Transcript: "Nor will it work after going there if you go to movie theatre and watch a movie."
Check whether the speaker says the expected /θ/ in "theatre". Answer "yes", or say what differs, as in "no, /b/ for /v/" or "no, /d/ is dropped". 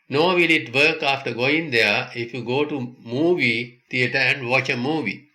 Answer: no, /t/ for /θ/